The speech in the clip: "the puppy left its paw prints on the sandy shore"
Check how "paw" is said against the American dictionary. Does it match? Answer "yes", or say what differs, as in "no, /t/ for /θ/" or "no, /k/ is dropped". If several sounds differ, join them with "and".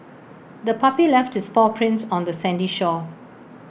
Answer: no, /f/ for /p/